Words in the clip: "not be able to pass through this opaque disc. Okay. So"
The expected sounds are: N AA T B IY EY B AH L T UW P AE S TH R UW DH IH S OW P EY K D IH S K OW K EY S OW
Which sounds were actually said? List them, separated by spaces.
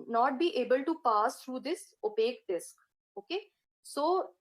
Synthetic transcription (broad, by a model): N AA T B IY EY B AH L T UW P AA S T R UW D IH S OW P EY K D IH S K OW K EY S OW